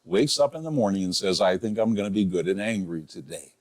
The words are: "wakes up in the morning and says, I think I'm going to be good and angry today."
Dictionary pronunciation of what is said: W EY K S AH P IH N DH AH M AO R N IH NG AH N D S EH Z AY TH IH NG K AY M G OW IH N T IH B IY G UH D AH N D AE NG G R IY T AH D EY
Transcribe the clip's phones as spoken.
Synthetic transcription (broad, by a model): W EY K S AH P IH N DH AH M AO R N IH NG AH N S EH Z AY TH IH NG K AY M G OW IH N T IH B IY G UH D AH N AE NG G R IY T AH D EY